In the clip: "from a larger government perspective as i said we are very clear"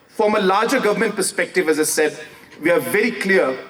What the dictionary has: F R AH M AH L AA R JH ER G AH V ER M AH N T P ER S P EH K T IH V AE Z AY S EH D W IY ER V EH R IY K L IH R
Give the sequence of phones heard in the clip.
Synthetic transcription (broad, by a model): F R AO M AH L AA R JH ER G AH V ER M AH N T P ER S P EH K T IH V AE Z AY S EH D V IY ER V EH R IY K L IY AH